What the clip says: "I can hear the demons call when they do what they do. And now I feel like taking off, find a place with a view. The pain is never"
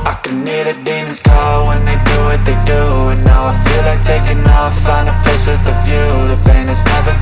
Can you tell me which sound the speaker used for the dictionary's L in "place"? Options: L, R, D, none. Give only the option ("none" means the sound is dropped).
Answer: none